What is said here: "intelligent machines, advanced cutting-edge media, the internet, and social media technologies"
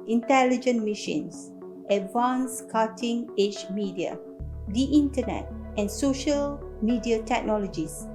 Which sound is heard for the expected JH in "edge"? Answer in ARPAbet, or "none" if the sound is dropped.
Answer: CH